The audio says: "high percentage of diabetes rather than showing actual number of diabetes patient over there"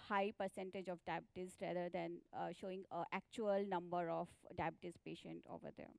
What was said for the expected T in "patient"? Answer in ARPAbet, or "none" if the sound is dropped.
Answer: T